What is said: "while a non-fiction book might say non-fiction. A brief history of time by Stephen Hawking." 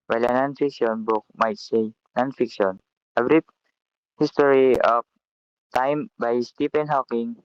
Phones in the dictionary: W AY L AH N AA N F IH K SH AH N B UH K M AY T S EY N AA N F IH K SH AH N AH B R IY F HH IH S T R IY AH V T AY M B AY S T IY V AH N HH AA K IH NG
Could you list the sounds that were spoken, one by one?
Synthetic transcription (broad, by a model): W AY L AH N AA N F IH K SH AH N B UH K M AY T S EY N AA N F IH K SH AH N AH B R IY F HH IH S T R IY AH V T AY M B AY S T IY P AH N HH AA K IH NG